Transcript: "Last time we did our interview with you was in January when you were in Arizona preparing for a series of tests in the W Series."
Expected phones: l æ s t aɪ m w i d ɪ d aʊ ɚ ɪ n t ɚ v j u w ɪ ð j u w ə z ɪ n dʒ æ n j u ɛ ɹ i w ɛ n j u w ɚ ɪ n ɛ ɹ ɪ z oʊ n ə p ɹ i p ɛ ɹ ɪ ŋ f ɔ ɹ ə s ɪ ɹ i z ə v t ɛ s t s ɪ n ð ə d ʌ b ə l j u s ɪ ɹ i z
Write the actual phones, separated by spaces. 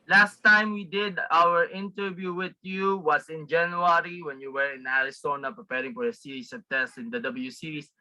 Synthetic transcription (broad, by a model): l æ s t aɪ m w i d ɪ d aʊ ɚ ɪ n t ɚ v j u w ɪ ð j u w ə s ɪ n dʒ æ n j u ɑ ɹ i w ɛ n j u w ɚ ɪ n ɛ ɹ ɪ s oʊ n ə p ɹ i p ɛ ɹ ɪ ŋ f ɔ ɹ ə s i ɹ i s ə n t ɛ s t ɪ n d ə d ʌ b ə l j u s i ɹ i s